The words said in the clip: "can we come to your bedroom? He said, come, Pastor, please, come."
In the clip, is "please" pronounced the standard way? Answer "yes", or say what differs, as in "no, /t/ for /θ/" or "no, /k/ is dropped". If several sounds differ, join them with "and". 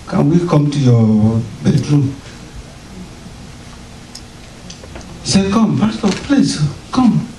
no, /s/ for /z/